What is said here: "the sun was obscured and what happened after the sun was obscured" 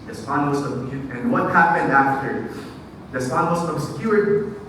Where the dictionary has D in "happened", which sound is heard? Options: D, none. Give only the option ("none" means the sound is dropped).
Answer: D